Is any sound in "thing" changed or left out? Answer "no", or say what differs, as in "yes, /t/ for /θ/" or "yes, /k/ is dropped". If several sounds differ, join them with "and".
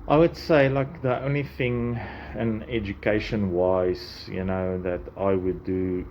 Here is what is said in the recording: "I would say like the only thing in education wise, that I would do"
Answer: no